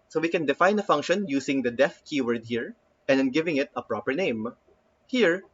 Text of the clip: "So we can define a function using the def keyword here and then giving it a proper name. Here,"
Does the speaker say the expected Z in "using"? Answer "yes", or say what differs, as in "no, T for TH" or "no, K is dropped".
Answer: no, S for Z